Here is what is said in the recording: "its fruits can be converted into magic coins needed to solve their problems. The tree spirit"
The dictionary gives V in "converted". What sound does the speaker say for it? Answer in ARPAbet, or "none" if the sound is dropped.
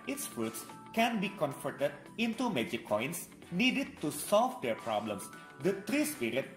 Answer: F